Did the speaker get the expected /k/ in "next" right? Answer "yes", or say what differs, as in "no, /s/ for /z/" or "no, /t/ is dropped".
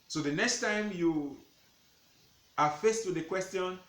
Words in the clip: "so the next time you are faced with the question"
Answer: yes